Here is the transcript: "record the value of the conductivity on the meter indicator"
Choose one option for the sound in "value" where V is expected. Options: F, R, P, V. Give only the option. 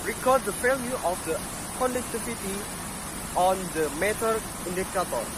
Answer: F